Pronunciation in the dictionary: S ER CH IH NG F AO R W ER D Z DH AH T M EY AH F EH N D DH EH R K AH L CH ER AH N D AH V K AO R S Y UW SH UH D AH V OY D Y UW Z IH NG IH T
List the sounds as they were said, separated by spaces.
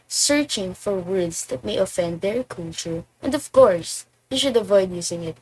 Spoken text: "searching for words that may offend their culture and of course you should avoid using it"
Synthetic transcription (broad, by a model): S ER CH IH NG F AO R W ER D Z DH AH T M EY AH F EH N D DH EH R K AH L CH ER AH N D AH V K AO R S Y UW SH UH D AH V OY D Y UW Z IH NG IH T